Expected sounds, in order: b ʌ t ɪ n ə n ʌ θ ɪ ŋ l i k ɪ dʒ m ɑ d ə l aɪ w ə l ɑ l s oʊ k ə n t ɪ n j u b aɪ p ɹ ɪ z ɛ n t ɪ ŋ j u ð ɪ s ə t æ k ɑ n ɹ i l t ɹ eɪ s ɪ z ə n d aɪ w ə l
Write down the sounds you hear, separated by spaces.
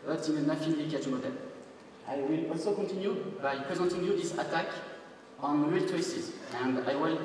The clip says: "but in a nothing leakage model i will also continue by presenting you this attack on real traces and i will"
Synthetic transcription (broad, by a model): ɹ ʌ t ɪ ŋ ə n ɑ f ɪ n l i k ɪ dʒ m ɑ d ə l aɪ w ə l ɑ l s oʊ k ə n t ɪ n j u b aɪ p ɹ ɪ z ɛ n t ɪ ŋ j u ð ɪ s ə t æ k ɑ n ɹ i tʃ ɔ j s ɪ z ə n d aɪ w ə l